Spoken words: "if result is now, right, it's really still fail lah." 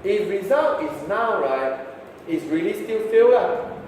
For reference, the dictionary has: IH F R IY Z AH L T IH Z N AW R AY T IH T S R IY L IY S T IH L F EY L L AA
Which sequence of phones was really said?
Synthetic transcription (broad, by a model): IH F R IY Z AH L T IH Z N AW R AY T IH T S R IY L IY S T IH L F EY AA